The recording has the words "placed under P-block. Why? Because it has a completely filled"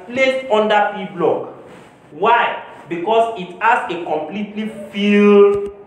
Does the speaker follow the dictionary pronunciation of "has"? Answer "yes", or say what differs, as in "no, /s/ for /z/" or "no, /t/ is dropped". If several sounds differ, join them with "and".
no, /s/ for /z/